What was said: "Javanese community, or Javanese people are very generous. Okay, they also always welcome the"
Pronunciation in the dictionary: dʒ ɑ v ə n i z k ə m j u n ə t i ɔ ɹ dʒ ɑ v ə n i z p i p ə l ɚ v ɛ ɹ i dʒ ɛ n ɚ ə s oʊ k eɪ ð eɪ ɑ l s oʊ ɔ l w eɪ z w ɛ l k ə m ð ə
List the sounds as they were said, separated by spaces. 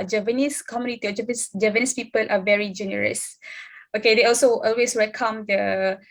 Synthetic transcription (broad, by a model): dʒ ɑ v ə n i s k ə m j u n ə t i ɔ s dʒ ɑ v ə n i s p i p ə l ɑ v ɛ ɹ i dʒ ɛ n ɚ ə s oʊ k eɪ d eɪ ɑ l s oʊ ɔ l w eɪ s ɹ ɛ k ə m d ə